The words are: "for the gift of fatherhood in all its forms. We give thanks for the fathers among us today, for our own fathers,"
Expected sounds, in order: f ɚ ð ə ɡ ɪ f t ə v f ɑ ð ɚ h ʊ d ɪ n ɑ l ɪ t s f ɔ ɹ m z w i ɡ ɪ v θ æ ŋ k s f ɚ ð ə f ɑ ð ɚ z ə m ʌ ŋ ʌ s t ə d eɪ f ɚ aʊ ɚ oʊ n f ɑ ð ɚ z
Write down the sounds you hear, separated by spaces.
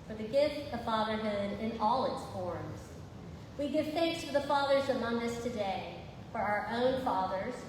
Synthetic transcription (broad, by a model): f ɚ ð ə ɡ ɪ f t ə v f ɑ ð ɚ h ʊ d ɪ n ɑ l ɪ t s f ɔ ɹ m z w i ɡ ɪ v θ æ ŋ k s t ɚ ð ə f ɑ ð ɚ z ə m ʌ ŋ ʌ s t ə d eɪ f ɚ aʊ ɚ oʊ n f ɑ ð ɚ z